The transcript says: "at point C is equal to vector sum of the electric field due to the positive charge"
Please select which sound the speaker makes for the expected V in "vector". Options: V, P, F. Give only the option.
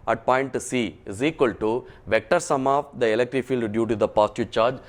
V